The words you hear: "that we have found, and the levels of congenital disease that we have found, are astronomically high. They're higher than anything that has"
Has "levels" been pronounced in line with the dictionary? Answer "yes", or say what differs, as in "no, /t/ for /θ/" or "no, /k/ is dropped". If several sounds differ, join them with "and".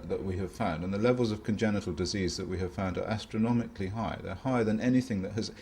yes